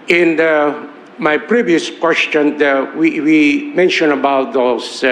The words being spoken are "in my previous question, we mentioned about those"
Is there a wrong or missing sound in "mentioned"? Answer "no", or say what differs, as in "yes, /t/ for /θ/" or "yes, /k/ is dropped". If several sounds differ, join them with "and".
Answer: yes, /d/ is dropped